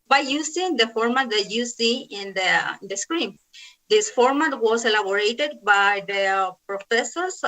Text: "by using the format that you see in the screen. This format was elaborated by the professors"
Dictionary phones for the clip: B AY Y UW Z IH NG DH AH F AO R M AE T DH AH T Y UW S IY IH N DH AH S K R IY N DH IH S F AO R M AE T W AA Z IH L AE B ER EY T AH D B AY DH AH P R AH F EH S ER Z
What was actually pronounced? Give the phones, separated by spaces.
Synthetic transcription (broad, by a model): B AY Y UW S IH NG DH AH F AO R M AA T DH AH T Y UW S IY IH N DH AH S K R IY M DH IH S F AO R M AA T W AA S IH L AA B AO EY T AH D B AY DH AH P R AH F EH S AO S